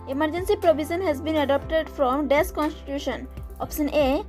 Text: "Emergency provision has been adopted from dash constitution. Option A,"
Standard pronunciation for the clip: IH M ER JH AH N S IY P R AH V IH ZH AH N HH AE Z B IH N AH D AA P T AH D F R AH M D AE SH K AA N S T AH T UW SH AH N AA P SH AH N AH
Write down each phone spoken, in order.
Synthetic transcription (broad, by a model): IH M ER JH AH N S IY P R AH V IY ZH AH N HH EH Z B IH N AH D AA P T AH D F R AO M D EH S K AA N S T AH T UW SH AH N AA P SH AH N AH